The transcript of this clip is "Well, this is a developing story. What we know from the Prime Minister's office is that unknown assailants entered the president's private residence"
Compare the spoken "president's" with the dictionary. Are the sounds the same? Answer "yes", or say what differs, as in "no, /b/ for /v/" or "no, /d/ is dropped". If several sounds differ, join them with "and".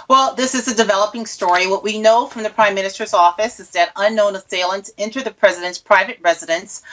yes